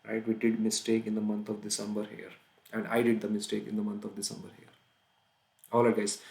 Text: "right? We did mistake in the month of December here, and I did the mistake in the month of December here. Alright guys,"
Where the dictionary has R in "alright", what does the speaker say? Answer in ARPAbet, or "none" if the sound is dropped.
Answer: none